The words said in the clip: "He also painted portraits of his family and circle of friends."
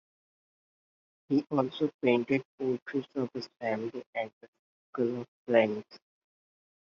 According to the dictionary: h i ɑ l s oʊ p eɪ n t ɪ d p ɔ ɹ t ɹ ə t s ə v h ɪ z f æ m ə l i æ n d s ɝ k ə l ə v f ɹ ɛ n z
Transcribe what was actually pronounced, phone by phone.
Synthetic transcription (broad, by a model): h i ɑ l s oʊ p eɪ n t ɪ d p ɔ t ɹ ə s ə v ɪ s f æ m ə l i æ n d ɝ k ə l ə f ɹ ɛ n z